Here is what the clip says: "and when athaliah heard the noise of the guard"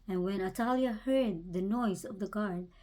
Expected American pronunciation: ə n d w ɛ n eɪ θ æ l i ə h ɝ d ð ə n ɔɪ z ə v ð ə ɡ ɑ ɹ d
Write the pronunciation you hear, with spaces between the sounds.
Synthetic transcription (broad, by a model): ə n w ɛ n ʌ t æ l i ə h ɝ d ð ə n ɔɪ z ə v ð ə ɡ ɑ ɹ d